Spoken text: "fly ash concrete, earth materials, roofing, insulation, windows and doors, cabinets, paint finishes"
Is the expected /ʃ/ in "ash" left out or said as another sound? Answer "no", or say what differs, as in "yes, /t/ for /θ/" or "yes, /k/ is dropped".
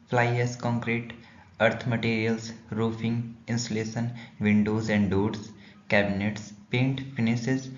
yes, /s/ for /ʃ/